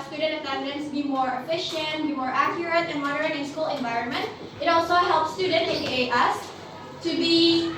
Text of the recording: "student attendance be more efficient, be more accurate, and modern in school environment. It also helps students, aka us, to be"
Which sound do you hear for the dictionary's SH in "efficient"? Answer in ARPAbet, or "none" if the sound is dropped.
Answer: SH